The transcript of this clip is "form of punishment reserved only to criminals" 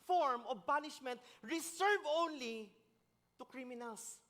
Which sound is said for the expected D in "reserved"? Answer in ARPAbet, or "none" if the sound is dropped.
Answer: none